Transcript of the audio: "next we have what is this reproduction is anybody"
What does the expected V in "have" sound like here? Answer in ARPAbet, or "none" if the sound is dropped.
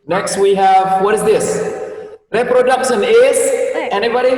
V